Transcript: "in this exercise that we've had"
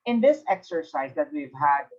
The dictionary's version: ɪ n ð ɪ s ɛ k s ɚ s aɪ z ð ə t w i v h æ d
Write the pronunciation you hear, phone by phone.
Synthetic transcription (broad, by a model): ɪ n ð ɪ s ɛ k s ɚ s aɪ z ð ə t w i v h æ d